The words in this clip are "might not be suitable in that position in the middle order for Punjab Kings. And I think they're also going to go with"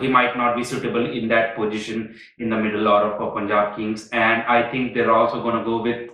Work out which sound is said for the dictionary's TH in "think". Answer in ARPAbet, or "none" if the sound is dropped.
T